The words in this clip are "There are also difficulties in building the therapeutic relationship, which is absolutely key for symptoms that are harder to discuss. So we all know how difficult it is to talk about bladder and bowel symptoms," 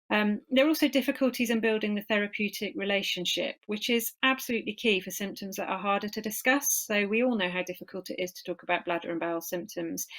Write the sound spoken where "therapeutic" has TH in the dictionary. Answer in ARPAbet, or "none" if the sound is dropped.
TH